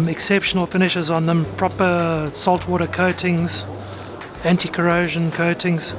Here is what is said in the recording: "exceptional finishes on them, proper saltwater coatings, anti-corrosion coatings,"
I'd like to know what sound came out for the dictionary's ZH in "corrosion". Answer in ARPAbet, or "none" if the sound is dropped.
ZH